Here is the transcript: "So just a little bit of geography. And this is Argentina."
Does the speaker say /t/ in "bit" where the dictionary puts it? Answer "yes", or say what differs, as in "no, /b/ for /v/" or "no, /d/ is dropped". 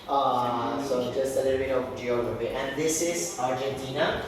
no, /t/ is dropped